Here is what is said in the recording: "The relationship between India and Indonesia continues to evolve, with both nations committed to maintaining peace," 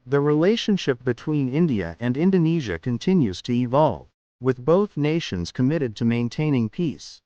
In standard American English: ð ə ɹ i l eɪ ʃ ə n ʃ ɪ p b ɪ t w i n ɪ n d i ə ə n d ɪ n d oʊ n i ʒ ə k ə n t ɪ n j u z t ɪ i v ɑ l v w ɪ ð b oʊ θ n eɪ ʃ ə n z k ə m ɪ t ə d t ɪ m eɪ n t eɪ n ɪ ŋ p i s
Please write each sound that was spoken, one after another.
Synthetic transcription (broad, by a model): ð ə ɹ i l eɪ ʃ ə n ʃ ɪ p b ɪ t w i n ɪ n d i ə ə n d ɪ n d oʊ n i ʒ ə k ə n t ɪ n j u z t ɪ i v ɑ l v w ɪ ð b oʊ θ n eɪ ʃ ə n z k ə m ɪ t ə d t ɪ m eɪ n t eɪ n ɪ ŋ p i s